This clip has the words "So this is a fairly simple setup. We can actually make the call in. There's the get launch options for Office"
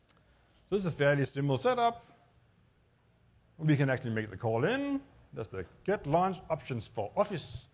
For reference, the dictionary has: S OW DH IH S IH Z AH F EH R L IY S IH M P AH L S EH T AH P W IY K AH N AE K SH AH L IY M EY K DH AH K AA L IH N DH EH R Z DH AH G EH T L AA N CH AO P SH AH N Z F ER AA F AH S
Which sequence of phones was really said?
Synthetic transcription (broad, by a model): S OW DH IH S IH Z AH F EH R L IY S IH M AH L S EH T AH P W IY K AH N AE K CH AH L IY M EY K DH AH K AA L IH N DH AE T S DH AH G EH T L AA N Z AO P SH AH N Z F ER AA F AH S